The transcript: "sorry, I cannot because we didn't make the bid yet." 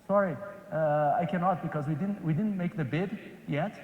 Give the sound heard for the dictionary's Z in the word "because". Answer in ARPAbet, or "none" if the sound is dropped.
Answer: Z